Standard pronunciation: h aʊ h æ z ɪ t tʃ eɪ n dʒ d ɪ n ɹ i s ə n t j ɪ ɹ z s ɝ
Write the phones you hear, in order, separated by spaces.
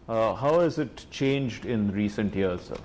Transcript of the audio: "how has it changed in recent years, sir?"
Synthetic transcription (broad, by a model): h aʊ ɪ z ɪ t tʃ eɪ n dʒ d ɪ n ɹ i s ə n t j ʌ ɹ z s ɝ